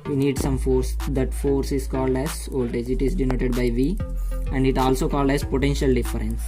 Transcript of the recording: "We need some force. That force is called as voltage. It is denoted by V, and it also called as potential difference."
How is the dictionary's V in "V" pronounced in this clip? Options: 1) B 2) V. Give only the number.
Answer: 2